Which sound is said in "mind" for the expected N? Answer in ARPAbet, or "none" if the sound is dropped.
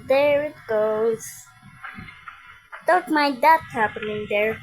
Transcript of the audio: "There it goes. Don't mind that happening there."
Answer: none